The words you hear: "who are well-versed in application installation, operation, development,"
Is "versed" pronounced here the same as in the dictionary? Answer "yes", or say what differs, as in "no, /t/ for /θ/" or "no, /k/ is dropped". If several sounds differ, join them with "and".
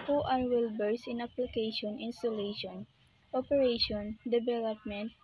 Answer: no, /b/ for /v/ and /t/ is dropped